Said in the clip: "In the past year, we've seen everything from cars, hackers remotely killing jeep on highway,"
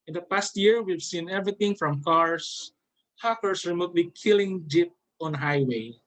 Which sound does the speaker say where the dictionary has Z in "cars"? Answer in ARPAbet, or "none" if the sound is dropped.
S